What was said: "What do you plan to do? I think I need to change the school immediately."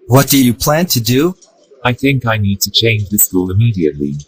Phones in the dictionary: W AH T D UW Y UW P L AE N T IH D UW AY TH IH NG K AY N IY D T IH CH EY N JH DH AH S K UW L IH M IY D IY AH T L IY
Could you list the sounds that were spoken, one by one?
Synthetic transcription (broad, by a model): W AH T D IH Y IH P L AE N T IH D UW AY TH IH NG K AY N IY D T IH CH EY N JH DH AH S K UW L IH M IY D IY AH T L IY